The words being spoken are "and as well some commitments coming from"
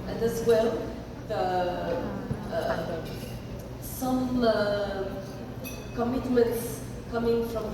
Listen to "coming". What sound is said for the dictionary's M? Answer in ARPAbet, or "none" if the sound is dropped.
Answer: M